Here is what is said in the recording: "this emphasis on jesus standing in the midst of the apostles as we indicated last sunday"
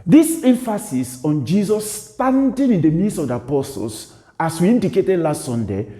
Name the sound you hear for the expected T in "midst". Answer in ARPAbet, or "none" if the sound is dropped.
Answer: none